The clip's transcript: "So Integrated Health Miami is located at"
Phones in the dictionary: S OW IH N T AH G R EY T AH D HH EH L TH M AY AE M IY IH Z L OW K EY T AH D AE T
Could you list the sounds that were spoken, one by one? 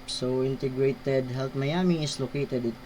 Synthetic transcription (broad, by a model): S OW IH N T AH G R EY T AH D HH EH L T M AY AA M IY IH S L OW K EY T AH D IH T